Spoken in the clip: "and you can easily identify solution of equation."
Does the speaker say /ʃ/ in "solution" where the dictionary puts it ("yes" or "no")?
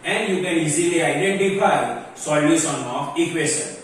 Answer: no